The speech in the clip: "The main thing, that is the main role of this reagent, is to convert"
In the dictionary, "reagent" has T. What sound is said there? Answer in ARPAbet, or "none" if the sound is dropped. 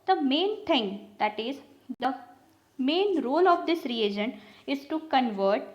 none